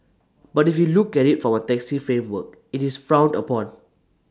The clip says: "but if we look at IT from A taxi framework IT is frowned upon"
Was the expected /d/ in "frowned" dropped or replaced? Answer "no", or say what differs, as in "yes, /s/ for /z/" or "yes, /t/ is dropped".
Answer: no